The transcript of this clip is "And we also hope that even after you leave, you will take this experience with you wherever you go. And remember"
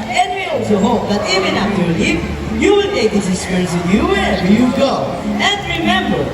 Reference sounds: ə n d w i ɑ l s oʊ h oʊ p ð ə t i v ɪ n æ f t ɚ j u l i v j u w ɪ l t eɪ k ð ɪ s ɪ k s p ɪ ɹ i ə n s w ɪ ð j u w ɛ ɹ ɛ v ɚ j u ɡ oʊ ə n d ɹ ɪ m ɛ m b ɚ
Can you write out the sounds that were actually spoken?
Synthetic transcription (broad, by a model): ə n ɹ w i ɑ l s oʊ h oʊ p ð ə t i v ɪ n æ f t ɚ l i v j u w ɪ l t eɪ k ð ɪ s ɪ s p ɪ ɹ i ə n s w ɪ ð j u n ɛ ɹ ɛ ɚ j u ɡ oʊ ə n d ɹ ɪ m ɛ m b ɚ